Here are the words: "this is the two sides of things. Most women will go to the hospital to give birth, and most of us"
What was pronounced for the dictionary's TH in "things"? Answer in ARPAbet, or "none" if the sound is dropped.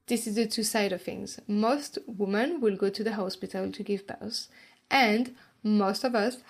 TH